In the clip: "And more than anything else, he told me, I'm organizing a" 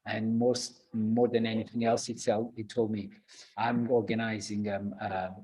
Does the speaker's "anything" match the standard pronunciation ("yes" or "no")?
yes